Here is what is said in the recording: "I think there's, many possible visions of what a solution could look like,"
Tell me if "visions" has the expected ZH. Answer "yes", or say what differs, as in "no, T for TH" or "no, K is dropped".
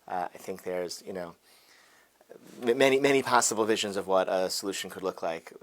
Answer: yes